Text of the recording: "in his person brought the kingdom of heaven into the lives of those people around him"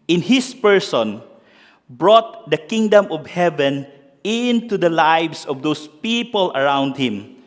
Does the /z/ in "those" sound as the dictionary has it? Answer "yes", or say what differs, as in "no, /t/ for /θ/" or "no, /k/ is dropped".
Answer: no, /s/ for /z/